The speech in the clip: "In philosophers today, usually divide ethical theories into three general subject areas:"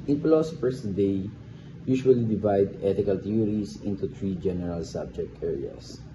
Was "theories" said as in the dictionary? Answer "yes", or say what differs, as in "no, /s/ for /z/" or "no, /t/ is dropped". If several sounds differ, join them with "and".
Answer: no, /t/ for /θ/ and /s/ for /z/